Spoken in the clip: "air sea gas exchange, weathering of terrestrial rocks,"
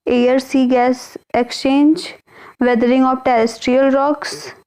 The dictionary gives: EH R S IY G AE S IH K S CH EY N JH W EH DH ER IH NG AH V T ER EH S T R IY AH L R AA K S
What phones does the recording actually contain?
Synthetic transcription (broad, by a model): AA R S IY G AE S IH K S CH EY N JH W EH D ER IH NG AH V T ER EH S T R IY AH L R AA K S